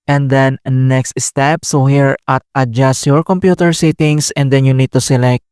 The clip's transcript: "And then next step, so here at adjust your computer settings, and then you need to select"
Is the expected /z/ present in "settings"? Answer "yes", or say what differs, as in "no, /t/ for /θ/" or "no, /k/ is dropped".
no, /s/ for /z/